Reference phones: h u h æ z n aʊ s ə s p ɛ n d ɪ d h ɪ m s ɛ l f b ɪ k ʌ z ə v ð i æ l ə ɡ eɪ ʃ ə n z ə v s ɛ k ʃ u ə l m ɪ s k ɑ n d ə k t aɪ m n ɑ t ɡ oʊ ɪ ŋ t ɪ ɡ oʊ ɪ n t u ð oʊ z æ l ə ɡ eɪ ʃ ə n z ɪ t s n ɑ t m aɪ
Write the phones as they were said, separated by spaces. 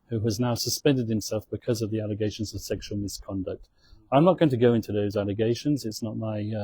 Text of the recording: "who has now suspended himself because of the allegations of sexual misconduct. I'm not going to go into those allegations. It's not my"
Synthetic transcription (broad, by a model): h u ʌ z n aʊ s ə s p ɛ n d ɪ d h ɪ m s ɛ l f b ɪ k ʌ z ə v ð i æ l ə ɡ eɪ ʃ ə n z ə v s ɛ k ʃ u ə l m ɪ s k ɑ n d ə k t aɪ m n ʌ t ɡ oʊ ɪ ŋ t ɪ ɡ oʊ ɪ n t u ð oʊ z æ l ə ɡ eɪ ʃ ə n z ɪ t s n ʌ t m aɪ